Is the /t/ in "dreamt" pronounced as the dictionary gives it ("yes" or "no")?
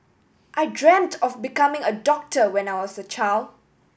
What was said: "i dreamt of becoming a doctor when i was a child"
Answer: yes